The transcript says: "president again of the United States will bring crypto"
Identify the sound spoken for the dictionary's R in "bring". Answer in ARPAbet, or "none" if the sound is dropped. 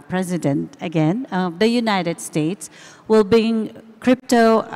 none